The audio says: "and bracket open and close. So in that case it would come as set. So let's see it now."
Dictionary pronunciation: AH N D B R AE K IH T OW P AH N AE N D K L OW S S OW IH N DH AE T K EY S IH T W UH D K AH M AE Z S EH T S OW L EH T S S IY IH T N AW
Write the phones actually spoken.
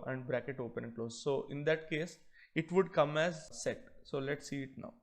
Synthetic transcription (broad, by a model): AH N D B R AE K IH T OW P AH N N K L OW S S OW IH N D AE T K EY S IH T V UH D K AH M AE Z S EH T S OW L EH T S S IY IH T N AW